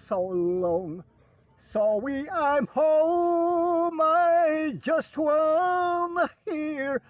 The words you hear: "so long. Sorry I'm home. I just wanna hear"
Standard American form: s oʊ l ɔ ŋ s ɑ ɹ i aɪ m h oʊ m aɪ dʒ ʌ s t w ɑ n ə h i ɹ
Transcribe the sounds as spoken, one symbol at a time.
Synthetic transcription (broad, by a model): s oʊ l ɔ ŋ s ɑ w i aɪ m h oʊ m aɪ dʒ ʌ s t w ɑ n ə h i ɹ